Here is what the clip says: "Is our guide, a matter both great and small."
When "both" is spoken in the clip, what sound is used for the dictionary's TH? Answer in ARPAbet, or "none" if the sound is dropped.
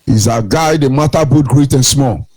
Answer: T